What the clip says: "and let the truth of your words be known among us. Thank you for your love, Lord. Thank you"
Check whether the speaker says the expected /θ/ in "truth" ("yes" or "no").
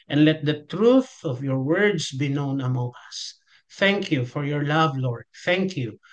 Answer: yes